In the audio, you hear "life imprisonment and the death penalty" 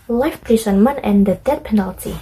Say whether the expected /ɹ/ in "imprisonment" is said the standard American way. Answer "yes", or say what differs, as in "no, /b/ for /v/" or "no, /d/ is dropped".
no, /ɹ/ is dropped